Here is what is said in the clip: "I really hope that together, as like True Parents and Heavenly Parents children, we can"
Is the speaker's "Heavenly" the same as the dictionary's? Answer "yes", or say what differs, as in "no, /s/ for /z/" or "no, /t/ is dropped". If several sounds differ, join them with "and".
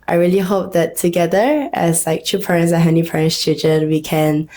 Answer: no, /l/ is dropped